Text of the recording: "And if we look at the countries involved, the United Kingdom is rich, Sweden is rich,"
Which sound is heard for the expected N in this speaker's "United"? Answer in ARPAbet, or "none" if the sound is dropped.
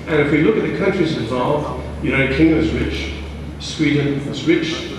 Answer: none